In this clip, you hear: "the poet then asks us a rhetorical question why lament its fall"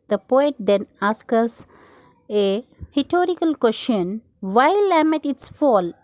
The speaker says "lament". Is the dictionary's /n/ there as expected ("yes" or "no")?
no